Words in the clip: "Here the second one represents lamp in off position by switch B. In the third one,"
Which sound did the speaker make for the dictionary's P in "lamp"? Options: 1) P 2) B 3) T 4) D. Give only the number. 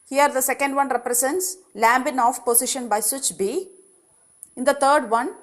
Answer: 2